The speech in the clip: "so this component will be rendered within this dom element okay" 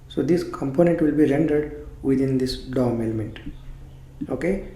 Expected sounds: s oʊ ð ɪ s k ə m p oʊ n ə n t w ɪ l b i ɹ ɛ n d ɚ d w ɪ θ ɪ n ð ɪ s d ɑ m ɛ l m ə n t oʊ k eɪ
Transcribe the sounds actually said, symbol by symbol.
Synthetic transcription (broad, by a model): s oʊ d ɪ s k ə m p oʊ n ə n t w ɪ l b i ɹ ɛ n d ɚ d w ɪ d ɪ n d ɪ s d ɑ m ɛ l m ə n t oʊ k eɪ